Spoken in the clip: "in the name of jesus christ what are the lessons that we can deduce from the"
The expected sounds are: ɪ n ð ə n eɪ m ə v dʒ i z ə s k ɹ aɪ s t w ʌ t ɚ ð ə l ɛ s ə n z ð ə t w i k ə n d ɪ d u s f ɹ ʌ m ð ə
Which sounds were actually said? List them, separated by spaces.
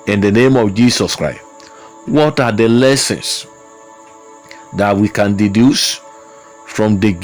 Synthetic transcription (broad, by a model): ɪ n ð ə n eɪ m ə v dʒ i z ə s k ɹ aɪ s t w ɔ t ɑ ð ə l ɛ s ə n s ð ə t w i k ə n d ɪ d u s f ɹ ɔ m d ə